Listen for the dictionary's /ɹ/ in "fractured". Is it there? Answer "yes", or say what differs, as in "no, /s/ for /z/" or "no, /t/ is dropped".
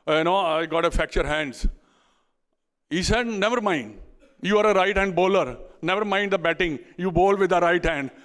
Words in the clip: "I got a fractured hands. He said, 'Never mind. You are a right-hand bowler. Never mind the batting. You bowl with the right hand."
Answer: no, /ɹ/ is dropped